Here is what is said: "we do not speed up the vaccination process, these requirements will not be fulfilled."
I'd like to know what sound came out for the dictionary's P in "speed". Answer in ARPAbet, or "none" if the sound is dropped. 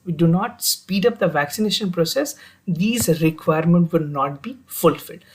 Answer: P